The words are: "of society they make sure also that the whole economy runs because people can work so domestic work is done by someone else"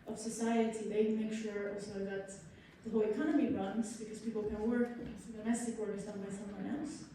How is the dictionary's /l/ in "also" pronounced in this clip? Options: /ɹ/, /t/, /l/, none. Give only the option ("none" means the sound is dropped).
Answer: /l/